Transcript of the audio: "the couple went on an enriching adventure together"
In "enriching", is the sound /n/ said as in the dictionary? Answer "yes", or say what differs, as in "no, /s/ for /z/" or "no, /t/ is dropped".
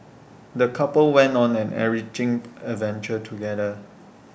no, /n/ is dropped